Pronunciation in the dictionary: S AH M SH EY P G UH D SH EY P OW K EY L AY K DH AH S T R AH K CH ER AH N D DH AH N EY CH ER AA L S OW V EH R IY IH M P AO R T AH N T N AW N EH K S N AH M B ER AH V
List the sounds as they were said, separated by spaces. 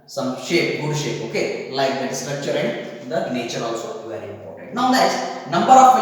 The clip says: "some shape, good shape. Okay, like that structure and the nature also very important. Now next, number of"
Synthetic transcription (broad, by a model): S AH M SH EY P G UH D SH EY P OW K EY L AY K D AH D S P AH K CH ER AH N D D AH N EY CH ER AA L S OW V EH R IY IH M P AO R T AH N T N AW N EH S N AH M B ER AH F